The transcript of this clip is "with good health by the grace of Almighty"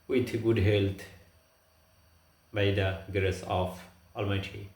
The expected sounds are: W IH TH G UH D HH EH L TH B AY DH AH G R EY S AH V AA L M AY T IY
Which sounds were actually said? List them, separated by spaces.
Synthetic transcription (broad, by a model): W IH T G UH D HH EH L T B AY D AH G R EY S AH F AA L M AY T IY